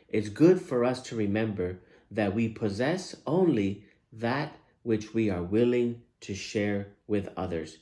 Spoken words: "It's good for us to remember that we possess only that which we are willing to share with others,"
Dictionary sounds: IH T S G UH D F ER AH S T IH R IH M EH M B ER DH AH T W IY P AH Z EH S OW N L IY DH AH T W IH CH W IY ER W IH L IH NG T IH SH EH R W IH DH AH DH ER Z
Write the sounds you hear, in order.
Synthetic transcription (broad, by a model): IH T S G UH D F ER AH S T IH R IH M EH M B ER DH AH T W IY P AH Z EH S OW N L IY DH AH T W IH CH W IY ER W IH L IH NG T IH SH EH R W IH DH AH DH ER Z